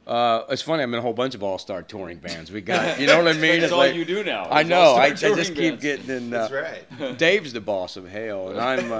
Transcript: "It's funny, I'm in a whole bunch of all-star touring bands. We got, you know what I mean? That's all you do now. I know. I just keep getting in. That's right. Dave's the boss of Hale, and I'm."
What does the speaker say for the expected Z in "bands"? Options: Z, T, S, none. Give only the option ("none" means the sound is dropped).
Z